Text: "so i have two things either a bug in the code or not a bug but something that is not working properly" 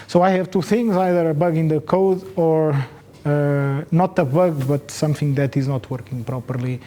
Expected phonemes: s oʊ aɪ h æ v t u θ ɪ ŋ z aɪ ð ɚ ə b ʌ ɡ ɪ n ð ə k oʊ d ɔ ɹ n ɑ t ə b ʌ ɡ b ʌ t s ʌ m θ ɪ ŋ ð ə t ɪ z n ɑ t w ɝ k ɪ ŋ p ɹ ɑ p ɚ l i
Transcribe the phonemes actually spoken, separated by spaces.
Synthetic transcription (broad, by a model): s oʊ aɪ h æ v t u θ ɪ ŋ z aɪ ð ɚ ə b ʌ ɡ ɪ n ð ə k oʊ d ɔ ɹ n ɑ t ə b ʌ ɡ b ʌ t s ʌ m θ ɪ ŋ ð ə t ɪ z n ɑ t w ɝ k ɪ ŋ p ɹ ɑ p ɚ l i